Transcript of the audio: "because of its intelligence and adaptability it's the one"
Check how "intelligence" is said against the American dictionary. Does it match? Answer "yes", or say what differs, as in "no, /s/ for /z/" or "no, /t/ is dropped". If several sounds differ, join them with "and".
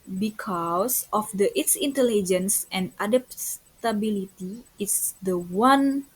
yes